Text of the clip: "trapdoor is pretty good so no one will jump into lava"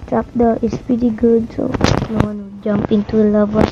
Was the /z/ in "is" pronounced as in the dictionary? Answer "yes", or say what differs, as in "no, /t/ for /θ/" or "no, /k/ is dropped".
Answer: no, /s/ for /z/